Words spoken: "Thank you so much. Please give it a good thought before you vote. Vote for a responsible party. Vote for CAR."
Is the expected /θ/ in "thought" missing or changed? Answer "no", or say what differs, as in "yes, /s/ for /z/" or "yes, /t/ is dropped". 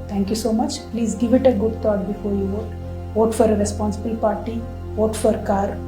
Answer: yes, /t/ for /θ/